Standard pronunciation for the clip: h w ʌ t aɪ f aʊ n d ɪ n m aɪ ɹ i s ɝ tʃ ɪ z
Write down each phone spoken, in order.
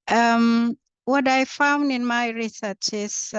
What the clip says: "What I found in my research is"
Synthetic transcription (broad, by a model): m w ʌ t aɪ f aʊ n d ɪ n m aɪ ɹ i s ɝ tʃ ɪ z